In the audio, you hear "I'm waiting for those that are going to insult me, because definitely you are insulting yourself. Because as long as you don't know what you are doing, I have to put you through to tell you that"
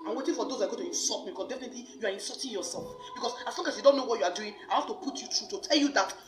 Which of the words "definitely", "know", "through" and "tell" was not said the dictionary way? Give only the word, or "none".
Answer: through